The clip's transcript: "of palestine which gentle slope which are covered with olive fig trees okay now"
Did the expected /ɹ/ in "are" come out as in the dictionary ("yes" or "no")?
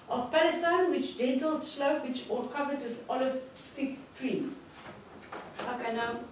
no